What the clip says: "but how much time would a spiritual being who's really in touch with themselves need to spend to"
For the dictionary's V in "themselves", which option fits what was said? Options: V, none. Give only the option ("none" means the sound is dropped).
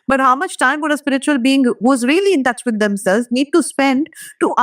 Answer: none